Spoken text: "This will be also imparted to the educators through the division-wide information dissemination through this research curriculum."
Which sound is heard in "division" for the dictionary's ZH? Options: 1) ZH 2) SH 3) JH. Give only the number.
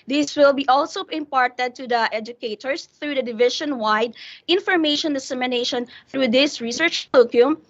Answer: 2